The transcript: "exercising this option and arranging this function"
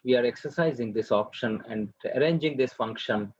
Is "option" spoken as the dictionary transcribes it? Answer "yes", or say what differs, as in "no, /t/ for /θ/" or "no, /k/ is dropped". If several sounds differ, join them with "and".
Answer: yes